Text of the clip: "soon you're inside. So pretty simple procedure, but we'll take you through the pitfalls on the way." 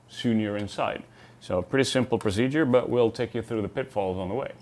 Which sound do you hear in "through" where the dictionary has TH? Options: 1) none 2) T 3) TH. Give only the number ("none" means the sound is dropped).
3